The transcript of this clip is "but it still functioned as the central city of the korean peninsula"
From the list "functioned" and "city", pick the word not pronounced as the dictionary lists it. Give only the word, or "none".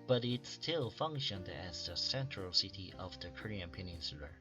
none